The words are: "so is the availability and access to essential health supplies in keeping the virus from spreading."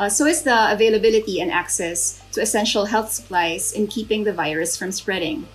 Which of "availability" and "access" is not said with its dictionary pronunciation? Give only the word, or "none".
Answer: none